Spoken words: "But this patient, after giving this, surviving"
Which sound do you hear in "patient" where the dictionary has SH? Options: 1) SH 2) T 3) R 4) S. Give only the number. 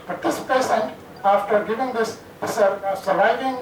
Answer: 4